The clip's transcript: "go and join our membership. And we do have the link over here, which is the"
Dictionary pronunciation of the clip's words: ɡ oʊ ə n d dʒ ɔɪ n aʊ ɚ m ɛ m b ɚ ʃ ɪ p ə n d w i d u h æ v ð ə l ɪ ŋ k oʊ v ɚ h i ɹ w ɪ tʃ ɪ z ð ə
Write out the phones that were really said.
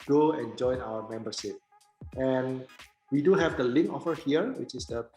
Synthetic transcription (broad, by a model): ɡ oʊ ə n dʒ ɔɪ n aʊ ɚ m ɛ m b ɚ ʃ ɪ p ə n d w i d u h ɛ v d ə l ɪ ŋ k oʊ f ɚ h i ɹ w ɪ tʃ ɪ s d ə